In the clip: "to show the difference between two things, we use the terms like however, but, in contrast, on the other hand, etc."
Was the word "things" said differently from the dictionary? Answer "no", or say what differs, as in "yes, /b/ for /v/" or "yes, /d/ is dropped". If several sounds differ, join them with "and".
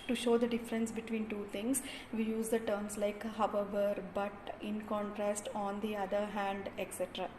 yes, /t/ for /θ/